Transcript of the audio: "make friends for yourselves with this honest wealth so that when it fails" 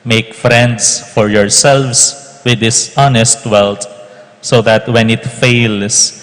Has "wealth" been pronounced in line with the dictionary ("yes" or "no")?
no